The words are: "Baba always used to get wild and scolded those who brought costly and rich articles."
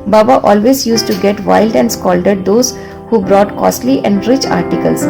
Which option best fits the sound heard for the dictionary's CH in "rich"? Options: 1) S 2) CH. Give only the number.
2